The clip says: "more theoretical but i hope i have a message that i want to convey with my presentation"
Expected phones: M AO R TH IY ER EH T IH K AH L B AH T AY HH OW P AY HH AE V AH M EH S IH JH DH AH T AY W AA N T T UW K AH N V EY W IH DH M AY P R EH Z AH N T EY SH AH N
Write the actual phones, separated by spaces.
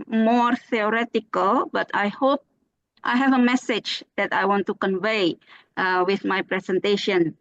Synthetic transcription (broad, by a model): M AO R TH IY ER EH T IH K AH L B AH T AY HH OW P AY HH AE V AH M EH S IH JH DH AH T AY W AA N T T UW K AH N V EY W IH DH M AY P R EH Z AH N T EY SH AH N